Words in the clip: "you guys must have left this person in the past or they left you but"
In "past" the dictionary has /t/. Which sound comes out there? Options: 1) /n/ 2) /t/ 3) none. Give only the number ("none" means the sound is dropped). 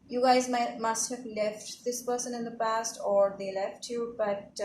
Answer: 2